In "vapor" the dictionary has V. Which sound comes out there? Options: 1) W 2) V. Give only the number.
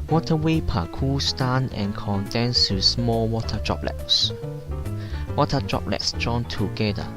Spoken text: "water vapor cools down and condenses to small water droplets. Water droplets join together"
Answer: 1